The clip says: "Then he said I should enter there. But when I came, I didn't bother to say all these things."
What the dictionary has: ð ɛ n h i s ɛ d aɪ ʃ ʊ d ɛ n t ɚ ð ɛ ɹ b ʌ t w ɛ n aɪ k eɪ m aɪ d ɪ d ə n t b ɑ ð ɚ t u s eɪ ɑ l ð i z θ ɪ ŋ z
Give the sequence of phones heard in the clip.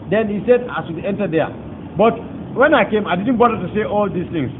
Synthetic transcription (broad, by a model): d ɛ n h i s ɛ d aɪ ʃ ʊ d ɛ n t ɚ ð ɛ b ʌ t w ɛ n aɪ k eɪ m aɪ d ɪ d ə n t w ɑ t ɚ t u s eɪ ɑ l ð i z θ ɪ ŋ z